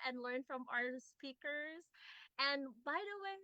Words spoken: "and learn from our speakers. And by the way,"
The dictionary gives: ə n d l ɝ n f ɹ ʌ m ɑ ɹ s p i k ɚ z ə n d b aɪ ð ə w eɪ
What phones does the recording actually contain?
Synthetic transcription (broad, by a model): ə n l ɝ n f ɹ ʌ m ɑ ɹ s p i k ɚ z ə n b aɪ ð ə w eɪ